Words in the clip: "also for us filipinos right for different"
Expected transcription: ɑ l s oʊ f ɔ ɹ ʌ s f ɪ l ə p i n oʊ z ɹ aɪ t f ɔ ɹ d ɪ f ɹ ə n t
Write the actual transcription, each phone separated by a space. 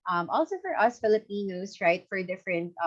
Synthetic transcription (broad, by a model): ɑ l s oʊ f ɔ ɹ ʌ s f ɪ l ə p i n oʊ s ɹ aɪ t f ɔ ɹ d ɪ f ɹ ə n t